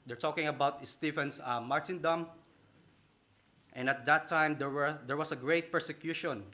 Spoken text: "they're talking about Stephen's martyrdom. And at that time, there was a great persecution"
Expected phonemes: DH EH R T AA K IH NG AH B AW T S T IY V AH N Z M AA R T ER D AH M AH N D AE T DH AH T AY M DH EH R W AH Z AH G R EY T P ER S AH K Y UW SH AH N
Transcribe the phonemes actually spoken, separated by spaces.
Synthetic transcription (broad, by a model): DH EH R T AA K IH NG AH B AW T S T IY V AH N S M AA R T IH D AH M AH N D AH T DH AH T AY M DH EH R W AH S AH G R EY T P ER S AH K Y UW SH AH N